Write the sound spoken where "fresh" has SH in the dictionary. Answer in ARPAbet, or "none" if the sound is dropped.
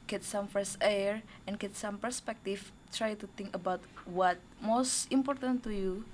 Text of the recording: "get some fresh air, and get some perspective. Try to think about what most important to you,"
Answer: S